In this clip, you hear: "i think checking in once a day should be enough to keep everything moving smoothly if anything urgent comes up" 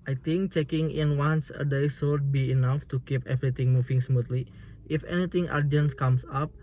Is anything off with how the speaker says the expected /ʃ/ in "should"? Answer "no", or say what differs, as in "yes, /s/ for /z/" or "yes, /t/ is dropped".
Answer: yes, /s/ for /ʃ/